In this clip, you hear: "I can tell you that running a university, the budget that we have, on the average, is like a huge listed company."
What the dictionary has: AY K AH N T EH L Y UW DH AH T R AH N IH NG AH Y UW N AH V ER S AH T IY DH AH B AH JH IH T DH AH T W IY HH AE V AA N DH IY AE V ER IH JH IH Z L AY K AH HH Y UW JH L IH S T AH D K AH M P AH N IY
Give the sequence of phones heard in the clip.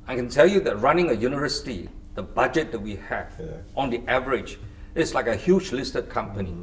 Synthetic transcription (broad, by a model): AY K AH N T EH L Y UW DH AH T R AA N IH NG AH Y UW N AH V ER S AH T IY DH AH B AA JH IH T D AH T W IY HH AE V AA N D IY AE V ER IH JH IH S L AY K AH HH Y UW JH L IH S T AH D K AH M P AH N IY